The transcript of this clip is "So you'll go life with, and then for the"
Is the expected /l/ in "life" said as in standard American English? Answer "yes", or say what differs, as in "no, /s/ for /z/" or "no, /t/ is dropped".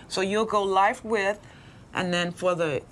yes